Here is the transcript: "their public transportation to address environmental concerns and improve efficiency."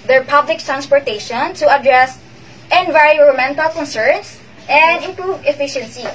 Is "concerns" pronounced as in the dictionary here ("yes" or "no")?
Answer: no